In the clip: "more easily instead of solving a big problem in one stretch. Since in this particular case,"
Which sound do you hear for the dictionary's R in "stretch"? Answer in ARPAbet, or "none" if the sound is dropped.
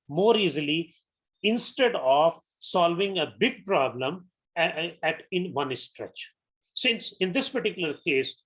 R